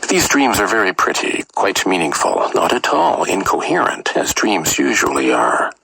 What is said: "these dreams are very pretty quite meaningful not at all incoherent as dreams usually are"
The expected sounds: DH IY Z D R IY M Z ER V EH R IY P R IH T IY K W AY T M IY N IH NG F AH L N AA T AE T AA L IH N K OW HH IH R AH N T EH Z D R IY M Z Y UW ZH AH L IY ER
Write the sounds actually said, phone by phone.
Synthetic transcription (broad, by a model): DH IY Z D R IY M Z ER V EH R IY P R IH T IY K W AY T M IY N IH NG F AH L N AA T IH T AA L IH N K OW HH IH R AH N T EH Z D R IY M Z Y UW ZH AH L IY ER